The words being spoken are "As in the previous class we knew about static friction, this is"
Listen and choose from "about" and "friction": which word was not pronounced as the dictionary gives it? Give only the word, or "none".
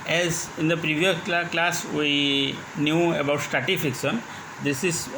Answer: friction